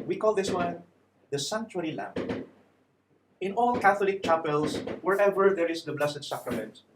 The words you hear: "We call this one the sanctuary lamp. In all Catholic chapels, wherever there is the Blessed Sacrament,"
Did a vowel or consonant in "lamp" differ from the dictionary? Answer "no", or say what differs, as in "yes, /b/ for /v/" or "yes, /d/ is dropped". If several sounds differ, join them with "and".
yes, /p/ is dropped